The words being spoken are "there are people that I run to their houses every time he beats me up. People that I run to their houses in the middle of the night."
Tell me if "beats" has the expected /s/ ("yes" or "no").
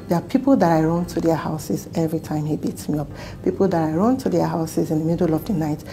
yes